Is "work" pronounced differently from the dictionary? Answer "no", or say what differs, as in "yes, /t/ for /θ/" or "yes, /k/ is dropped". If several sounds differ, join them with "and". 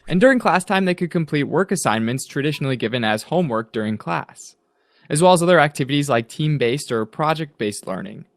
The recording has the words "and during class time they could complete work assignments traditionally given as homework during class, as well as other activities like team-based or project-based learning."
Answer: no